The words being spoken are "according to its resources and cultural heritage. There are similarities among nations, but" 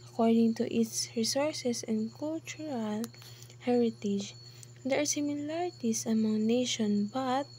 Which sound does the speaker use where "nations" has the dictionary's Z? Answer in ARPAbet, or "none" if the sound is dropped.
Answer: none